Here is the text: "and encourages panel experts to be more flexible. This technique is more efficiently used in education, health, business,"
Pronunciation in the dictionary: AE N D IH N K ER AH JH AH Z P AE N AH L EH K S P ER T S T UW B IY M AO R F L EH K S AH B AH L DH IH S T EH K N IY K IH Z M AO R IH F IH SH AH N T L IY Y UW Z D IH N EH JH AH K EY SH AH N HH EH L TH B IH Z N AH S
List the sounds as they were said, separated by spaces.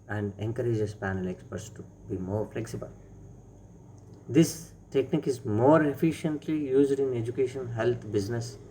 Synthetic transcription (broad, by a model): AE N D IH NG K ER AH JH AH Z P AE N AH L EH K S P ER T S T UW B IY M AO R F L EH K S AH B AH L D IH S T EH K N IY K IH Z M AO R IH F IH SH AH N T L IY Y UW Z D IH N EH JH AH K EY SH AH N HH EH L T B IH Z N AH S